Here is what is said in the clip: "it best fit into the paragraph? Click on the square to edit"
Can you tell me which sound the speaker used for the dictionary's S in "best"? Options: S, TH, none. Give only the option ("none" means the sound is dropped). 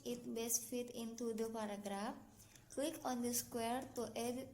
S